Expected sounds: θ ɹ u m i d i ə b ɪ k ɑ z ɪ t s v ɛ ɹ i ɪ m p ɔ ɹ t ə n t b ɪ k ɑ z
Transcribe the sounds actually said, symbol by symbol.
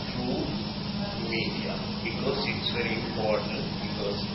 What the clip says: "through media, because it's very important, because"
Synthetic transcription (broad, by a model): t ɹ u m i d i ə b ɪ k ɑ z ɪ t s v ɛ ɹ i ɪ m p ɔ ɹ t ə n t b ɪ k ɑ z